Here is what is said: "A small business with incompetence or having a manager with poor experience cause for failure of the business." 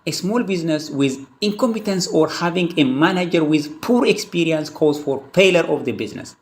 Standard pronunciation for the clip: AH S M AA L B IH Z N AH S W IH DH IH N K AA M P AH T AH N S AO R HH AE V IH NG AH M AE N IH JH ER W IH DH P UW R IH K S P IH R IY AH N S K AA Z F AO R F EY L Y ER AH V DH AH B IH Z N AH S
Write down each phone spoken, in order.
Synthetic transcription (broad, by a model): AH S M AA L B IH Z N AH S W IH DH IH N K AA M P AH T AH N S AO R HH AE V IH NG AH M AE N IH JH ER W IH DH P UW R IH K S P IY R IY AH N S K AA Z F AO R P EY L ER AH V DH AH B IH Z N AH S